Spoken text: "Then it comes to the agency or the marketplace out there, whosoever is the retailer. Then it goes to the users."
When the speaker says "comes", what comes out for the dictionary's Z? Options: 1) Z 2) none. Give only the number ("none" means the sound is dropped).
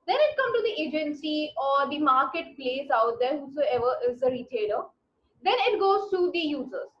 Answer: 2